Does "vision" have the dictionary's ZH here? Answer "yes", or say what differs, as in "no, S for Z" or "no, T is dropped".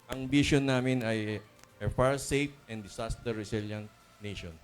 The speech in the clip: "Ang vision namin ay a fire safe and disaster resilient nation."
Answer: no, SH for ZH